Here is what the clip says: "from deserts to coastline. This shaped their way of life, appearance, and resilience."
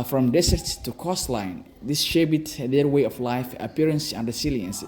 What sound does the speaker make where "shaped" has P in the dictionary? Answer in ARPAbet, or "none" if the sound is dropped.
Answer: B